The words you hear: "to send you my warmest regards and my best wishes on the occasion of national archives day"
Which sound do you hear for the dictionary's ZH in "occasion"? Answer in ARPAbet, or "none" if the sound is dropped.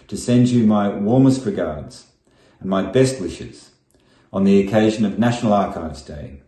ZH